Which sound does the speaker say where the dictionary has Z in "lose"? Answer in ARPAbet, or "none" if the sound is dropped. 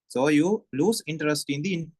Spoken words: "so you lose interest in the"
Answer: S